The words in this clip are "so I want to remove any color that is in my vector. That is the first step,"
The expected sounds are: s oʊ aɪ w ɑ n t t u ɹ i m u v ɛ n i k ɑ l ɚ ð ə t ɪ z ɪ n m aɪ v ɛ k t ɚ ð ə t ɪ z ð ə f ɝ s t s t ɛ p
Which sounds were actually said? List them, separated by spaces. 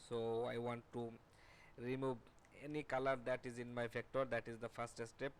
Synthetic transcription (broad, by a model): s oʊ aɪ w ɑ n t t u ɹ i m u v ɛ n i k ɑ l ɚ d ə t ɪ z ɪ n m aɪ f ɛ k t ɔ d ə t ɪ z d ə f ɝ s t s t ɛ p